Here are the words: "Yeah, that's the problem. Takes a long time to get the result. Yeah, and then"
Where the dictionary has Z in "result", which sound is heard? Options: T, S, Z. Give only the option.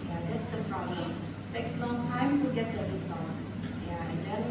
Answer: S